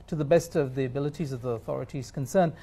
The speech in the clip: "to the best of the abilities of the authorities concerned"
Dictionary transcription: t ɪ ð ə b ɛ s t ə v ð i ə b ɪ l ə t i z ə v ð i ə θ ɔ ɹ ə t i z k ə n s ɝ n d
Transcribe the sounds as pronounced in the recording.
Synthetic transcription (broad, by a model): t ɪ ð ə b ɛ s t ə v ð i ə b ɪ l ə t i z ə v ð i ə θ ɔ ɹ ə t i z k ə n s ɝ n